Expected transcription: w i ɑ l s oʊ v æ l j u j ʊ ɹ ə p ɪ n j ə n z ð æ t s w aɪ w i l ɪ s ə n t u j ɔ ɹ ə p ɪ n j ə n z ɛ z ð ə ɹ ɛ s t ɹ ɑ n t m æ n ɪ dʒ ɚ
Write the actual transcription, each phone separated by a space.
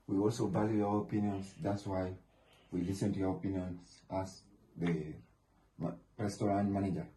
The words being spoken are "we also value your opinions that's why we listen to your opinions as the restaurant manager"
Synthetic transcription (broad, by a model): w i ɑ l s oʊ b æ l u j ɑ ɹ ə p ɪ n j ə n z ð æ t s w aɪ w i l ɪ s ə n t u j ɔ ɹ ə p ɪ n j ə n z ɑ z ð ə ɹ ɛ s t ɹ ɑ n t m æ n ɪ dʒ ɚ